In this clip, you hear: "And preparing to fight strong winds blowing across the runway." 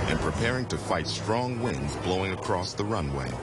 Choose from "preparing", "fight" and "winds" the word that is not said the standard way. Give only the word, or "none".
none